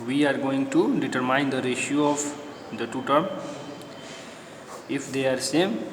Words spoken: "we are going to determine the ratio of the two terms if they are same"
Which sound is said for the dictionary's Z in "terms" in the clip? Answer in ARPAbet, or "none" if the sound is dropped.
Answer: none